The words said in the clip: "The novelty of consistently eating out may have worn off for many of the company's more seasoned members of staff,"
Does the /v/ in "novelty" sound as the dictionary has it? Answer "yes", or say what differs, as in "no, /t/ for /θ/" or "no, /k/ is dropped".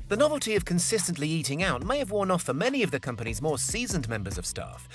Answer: yes